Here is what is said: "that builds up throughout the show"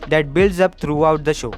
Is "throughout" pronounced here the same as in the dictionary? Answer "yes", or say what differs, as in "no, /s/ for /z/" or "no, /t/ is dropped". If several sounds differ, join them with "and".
no, /t/ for /θ/